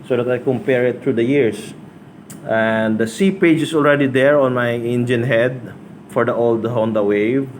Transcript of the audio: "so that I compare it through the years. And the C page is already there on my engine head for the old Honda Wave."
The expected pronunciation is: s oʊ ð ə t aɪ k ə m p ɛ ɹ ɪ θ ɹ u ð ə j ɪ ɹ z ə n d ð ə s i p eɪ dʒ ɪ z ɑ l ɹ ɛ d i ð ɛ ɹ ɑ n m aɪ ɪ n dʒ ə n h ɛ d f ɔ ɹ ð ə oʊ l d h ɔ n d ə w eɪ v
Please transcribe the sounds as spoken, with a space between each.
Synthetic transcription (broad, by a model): s oʊ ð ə t aɪ k ə m p ɛ ɹ ɪ t ɹ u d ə j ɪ ɹ s ə n d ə s i p eɪ dʒ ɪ s ɑ l ɹ ɛ d i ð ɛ ɹ ɑ n m aɪ ɪ n dʒ ə n h ɛ d f ɔ ɹ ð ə oʊ l d h ɔ n d ə w eɪ v